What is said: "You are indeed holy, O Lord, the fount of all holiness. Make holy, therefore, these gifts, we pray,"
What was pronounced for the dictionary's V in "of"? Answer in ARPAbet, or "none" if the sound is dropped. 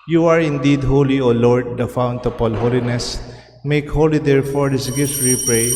P